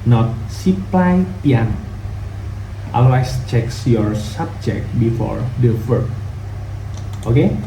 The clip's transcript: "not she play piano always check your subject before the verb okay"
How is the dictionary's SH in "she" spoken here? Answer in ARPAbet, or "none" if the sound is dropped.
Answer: S